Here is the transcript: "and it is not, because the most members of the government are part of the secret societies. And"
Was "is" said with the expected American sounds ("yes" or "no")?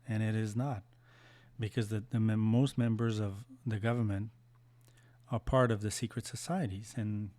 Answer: yes